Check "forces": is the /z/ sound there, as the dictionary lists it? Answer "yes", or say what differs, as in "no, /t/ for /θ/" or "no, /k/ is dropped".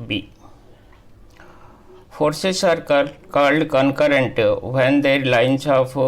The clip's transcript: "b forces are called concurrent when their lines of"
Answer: no, /s/ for /z/